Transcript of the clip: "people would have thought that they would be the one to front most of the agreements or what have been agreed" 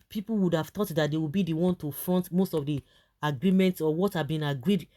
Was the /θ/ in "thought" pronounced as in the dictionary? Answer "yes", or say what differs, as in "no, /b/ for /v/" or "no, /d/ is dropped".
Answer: no, /t/ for /θ/